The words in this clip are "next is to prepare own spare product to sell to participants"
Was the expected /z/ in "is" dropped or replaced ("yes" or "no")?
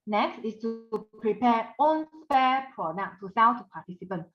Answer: yes